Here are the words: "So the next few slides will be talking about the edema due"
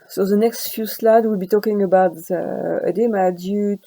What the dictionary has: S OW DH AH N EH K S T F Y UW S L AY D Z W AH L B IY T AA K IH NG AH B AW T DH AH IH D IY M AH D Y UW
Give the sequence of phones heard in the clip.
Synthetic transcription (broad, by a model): S OW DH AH N EH K S T F Y UW S L AY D W AH L B IY T AA K IH NG AH B AW T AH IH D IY M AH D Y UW